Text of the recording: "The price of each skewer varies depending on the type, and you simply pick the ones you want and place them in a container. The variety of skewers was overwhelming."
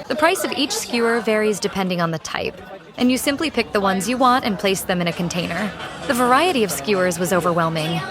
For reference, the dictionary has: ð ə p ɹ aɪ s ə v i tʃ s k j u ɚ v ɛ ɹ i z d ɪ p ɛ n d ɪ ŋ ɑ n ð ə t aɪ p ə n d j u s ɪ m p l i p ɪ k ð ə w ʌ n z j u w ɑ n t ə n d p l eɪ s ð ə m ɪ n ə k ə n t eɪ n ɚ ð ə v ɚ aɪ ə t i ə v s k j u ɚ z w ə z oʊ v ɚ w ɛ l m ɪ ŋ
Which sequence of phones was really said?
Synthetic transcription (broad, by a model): ð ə p ɹ aɪ s ə v i tʃ s k j u ɚ v ɛ ɹ i z d ɪ p ɛ n d ɪ ŋ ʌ n ð ə t aɪ p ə n j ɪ s ɪ m p l i p ɪ k ð ə w ʌ n z j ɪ w ɑ n t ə n p l eɪ s ð ə m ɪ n ə k ə n t eɪ n ɚ ð ə v ɚ aɪ ə t i ə v s k j u ɚ z w ə z oʊ v ɚ w ɛ l m ɪ ŋ